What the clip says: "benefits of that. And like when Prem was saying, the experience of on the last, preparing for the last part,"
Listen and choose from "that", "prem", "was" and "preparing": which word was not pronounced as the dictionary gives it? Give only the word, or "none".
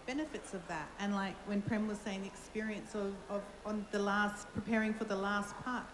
none